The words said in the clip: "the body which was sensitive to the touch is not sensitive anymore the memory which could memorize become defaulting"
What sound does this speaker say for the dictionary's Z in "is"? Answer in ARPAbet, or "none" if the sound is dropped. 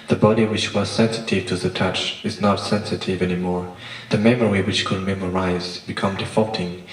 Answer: Z